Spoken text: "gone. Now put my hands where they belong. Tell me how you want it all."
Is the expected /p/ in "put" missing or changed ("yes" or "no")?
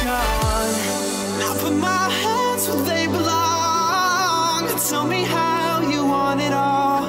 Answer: yes